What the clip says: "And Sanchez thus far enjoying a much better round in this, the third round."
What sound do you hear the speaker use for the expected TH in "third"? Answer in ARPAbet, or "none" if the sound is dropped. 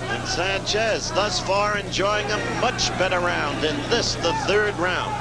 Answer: TH